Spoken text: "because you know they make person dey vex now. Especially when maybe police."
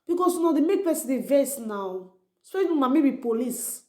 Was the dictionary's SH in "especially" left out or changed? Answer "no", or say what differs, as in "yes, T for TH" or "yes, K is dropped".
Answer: yes, SH is dropped